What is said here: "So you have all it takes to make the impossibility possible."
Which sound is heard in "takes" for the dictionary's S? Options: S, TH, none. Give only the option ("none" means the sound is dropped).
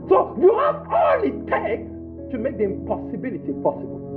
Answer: none